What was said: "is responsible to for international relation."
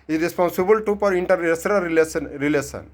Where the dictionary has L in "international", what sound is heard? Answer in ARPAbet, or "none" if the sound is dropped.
N